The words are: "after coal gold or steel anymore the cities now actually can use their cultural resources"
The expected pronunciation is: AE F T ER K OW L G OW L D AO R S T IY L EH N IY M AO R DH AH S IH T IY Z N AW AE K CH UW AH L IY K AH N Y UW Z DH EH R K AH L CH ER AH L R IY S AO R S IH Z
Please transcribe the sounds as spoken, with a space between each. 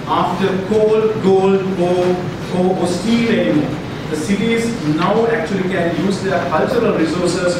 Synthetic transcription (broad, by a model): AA F T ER K OW L G OW L D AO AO S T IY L EH N IY M AO R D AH S IH T IY Z N AW AE K CH UW AH L IY K AH N Y UW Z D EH R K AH L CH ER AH L R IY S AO R S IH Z